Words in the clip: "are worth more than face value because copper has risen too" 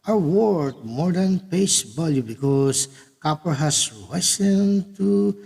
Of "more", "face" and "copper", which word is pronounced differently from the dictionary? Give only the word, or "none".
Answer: face